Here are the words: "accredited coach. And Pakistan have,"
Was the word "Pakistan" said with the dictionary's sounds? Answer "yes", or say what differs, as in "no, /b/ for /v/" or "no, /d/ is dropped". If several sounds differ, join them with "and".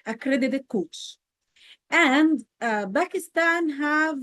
no, /b/ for /p/